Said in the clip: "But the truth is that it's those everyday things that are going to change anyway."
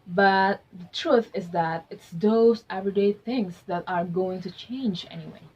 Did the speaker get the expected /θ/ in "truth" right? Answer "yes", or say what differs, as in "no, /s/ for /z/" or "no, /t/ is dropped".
yes